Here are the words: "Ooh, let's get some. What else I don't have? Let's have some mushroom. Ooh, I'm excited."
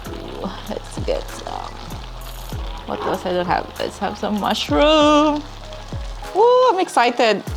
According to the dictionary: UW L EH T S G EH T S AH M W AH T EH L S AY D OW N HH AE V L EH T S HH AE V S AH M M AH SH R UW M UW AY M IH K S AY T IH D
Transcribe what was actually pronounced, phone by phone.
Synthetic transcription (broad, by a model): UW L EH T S G EH T S AH M W AH T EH S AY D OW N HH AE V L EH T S HH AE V S AH M M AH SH R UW M UW AY M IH K S AY T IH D